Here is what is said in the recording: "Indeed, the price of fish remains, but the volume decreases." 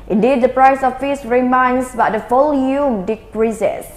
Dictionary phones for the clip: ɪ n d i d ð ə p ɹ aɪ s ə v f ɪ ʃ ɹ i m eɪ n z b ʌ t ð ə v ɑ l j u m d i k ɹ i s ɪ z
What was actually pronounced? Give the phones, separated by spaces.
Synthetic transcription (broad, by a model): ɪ n d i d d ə p ɹ aɪ s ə f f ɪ s ɹ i m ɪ n s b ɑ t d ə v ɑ l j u m d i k ɹ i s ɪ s